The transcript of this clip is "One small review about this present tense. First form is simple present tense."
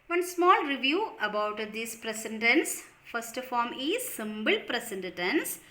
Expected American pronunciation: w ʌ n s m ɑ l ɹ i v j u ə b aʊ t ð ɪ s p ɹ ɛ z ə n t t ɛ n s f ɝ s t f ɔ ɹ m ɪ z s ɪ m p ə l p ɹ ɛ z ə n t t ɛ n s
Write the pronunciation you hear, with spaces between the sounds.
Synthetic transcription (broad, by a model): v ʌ n s m ɑ l ɹ i v j u ə b aʊ t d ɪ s p ɹ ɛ s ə n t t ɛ n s f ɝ s t f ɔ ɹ m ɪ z s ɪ m b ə l p ɹ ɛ s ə n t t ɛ n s